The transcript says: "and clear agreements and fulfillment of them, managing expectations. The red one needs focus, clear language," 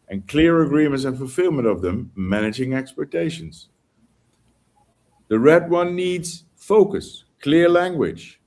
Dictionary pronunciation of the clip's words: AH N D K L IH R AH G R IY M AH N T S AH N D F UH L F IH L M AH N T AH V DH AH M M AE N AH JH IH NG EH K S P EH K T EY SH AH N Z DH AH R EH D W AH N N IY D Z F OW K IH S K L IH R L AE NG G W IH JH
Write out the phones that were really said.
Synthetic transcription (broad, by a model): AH N K L IH R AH G R IY M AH N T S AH N F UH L F IH L M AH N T AH V DH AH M M AE N AH JH IH NG EH K S P EH K T EY SH AH N Z DH AH R EH D W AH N N IY D Z F OW K IH S K L IH R L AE NG G W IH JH